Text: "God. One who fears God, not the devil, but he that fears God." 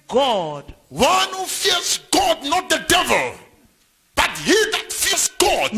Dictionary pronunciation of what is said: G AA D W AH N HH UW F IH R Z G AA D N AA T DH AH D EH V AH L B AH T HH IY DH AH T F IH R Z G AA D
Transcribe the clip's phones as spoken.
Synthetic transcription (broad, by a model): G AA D W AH N HH UW F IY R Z G AA D N AA T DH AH D EH V AH L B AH T HH IY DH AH T F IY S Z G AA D